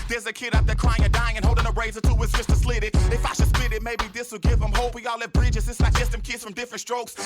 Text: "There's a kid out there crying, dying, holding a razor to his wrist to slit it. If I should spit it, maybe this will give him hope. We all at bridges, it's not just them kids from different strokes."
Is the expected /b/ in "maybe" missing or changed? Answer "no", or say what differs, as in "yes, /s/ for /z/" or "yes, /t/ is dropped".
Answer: no